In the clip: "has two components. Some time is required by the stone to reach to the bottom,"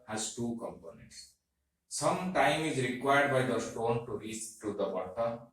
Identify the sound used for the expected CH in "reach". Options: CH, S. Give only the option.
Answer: S